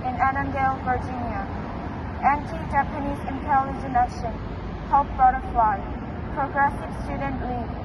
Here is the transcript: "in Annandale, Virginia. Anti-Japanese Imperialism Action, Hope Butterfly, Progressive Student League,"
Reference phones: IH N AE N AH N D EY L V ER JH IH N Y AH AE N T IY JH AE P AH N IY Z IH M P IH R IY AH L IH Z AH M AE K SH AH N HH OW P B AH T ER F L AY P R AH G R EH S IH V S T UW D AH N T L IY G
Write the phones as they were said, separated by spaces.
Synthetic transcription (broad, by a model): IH N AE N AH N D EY L V ER JH IH N Y AH AE N T IY JH AE P AH N IY Z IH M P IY L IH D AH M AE SH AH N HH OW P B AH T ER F L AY P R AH G R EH S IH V S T UW D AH N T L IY